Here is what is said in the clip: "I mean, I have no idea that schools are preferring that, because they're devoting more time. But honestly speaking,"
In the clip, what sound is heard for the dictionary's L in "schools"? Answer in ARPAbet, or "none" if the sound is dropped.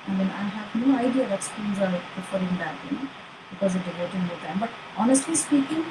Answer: N